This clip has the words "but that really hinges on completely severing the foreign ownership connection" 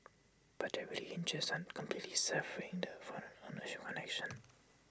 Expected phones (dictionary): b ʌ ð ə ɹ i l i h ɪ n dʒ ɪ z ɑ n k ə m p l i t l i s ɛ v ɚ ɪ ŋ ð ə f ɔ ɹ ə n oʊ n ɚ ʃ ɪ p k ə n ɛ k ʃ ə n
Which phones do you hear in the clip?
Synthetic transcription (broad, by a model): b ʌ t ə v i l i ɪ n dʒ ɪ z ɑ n k ə m p l i t l i s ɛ f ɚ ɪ ŋ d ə f ɔ ɹ ə n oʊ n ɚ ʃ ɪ k ə n ɛ k ʃ ə n